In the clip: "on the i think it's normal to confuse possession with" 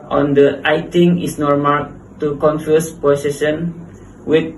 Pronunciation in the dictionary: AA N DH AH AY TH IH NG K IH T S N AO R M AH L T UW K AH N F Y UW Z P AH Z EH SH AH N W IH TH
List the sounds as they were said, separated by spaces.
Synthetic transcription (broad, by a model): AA N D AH AY T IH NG IH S N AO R M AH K T UW K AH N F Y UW S P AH S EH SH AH N W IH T